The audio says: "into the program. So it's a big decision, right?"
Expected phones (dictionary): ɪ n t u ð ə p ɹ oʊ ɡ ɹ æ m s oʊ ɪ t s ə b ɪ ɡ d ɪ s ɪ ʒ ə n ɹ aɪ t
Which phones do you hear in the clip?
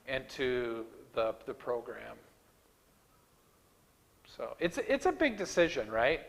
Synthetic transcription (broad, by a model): ɪ n t u ð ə p ɹ oʊ ɡ ɹ æ m s oʊ ɪ t s ə b ɪ ɡ d ɪ s ɪ ʒ ə n ɹ aɪ t